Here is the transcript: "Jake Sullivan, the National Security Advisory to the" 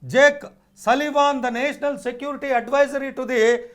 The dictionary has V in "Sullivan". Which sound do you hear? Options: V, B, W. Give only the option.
V